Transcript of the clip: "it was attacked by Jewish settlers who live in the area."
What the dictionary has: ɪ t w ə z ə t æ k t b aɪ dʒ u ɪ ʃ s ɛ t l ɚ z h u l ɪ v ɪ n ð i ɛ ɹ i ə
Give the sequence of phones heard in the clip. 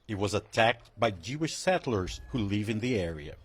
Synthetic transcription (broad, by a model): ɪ t w ə z ə t æ k t b aɪ dʒ u ɪ ʃ s ɛ t l ɚ z h u l ɪ v ɪ n ð i ɛ ɹ i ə